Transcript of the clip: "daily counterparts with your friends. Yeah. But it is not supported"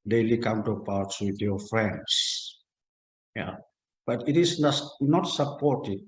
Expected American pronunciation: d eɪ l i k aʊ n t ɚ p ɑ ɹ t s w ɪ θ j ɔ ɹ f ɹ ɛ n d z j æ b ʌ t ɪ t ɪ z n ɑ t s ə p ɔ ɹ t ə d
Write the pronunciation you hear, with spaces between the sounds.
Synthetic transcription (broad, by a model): d eɪ l i k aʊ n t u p ɑ w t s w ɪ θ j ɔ f ɹ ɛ n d s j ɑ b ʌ t ɪ t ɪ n n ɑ t s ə p ɔ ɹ t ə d